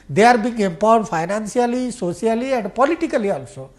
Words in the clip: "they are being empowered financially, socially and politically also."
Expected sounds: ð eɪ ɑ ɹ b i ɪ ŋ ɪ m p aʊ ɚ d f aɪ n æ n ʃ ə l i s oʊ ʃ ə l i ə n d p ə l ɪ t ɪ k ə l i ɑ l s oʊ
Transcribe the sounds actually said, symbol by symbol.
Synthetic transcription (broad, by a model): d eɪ ɑ ɹ b i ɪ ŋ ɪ m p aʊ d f aɪ n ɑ n s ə l i s oʊ s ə l i ə n d p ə l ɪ t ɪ k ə l i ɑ l s oʊ